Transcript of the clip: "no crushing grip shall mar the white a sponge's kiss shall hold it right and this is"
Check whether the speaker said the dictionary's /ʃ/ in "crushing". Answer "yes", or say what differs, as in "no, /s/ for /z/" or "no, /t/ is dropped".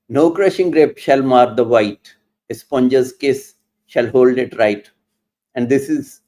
yes